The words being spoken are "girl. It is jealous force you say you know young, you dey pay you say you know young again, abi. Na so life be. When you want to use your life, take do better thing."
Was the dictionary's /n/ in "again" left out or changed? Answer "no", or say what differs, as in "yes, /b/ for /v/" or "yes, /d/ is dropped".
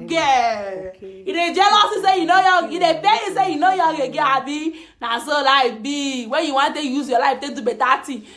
yes, /n/ is dropped